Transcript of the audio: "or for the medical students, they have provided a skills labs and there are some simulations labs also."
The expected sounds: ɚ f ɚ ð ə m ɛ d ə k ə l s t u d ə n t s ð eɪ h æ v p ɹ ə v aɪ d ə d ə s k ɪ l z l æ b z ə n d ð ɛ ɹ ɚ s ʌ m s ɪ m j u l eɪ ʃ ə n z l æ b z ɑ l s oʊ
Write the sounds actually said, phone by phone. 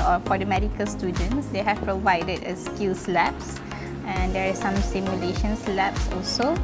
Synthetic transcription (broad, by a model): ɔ f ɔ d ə m ɛ d ə k ə l s t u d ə n t s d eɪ h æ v p ɹ ə v aɪ d ə d ə s k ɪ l s l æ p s ə n d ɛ ɹ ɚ s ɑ m s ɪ m j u l eɪ ʃ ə n s l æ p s ɑ l s oʊ